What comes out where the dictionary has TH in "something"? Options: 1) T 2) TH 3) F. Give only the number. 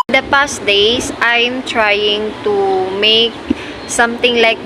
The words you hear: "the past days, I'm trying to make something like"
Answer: 1